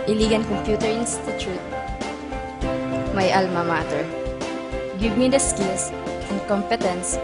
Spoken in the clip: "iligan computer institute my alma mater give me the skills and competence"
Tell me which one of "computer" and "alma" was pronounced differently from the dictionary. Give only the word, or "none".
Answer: none